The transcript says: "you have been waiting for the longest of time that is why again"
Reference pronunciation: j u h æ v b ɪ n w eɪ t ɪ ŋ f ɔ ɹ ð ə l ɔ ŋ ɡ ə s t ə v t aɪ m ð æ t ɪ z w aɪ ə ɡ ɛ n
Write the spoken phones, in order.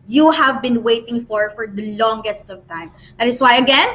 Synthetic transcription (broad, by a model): j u h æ v b ɪ n w eɪ t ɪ ŋ f ɔ ɹ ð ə l ɔ ŋ ɡ ə s t ə v t aɪ m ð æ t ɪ s w aɪ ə ɡ ɛ n